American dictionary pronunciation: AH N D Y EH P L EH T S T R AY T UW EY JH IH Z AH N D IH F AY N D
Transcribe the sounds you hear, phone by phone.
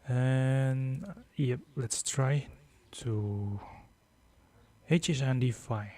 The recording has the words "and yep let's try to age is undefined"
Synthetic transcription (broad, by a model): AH N Y EH P L EH T S T R AY T UW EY CH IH S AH N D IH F AY